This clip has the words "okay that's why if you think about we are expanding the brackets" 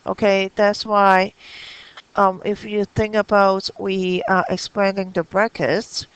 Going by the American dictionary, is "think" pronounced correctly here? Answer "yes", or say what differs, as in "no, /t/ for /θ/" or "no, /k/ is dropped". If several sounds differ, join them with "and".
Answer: yes